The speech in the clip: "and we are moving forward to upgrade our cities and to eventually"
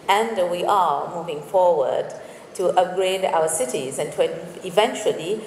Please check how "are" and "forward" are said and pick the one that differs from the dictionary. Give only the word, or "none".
none